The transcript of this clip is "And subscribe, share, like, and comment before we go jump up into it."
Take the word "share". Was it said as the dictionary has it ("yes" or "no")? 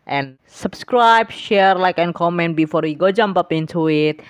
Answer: yes